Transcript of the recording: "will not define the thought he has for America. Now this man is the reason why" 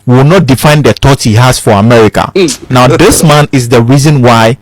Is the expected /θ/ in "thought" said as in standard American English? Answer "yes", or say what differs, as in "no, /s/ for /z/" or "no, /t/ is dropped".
no, /t/ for /θ/